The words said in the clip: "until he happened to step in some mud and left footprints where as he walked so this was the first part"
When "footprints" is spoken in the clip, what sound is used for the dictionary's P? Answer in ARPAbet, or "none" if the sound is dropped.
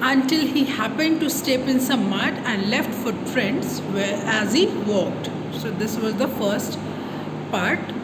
F